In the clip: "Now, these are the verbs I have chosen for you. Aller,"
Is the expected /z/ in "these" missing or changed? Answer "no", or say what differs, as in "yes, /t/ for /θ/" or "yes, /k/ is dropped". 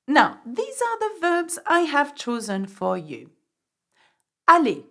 no